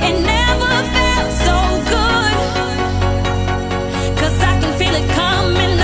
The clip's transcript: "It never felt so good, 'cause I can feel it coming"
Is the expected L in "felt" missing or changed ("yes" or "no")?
yes